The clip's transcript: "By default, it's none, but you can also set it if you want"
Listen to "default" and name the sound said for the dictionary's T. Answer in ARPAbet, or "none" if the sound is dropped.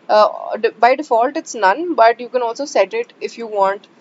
T